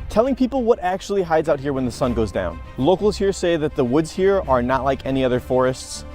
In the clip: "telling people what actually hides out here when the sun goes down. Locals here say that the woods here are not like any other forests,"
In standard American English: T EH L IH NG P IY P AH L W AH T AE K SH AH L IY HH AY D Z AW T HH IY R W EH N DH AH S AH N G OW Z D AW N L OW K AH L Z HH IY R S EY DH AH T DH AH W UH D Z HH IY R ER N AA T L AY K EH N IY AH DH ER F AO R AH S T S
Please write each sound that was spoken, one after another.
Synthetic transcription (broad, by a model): T EH L IH NG P IY P L W AH T AE K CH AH L IY HH AY D Z AW T HH IY R W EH N DH AH S AH N G OW Z D AW N L OW K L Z HH IY R S EY DH AH T DH AH W UH D Z HH IY R ER N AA T L AY K EH N IY AH DH ER F AO R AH S T S